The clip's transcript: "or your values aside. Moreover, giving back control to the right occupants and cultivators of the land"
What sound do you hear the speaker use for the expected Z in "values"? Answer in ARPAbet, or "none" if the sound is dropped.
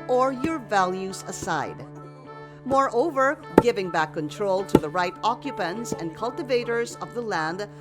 Z